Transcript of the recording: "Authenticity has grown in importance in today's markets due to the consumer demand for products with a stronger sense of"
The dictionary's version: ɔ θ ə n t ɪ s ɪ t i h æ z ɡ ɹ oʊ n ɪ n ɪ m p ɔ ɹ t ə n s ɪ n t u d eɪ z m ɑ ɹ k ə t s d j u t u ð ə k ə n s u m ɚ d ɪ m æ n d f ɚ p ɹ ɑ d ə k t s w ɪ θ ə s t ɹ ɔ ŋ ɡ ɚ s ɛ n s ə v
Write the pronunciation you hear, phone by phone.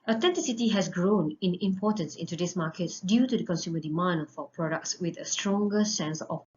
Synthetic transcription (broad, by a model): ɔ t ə n t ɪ s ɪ t i h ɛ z ɡ ɹ oʊ n ɪ n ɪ m p ɔ t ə n s ɪ n t u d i s m ɑ k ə t s d j u t u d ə k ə n s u m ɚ d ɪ m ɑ n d f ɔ p ɹ ɑ d ə k t s w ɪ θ ə s t ɹ ɔ ŋ ɡ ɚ s ɛ n s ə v